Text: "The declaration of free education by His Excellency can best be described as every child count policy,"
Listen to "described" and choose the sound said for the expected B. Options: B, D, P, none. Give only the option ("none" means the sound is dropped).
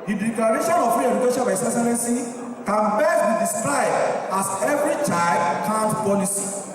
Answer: none